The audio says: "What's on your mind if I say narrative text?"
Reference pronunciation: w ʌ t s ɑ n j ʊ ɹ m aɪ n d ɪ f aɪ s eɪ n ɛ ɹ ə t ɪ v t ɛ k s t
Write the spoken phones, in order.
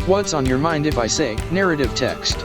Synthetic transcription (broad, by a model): w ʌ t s n j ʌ ɹ m aɪ n d ɪ f aɪ s eɪ n ɛ ɹ ə t ɪ v t ɛ k s t